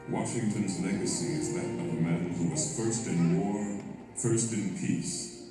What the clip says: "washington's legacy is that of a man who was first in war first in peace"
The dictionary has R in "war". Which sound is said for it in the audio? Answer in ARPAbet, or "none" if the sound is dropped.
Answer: R